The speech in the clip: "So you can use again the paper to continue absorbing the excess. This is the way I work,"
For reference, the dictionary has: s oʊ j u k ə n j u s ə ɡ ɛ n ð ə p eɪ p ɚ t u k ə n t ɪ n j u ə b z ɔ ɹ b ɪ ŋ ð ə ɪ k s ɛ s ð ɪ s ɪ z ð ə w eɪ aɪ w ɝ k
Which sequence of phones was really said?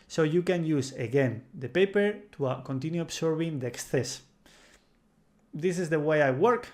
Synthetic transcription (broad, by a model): s oʊ j u k ə n j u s ə ɡ ɛ n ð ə p eɪ p ɚ t u k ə n t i n j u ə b s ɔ ɹ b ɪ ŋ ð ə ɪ k s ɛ s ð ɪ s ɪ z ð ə w eɪ aɪ w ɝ k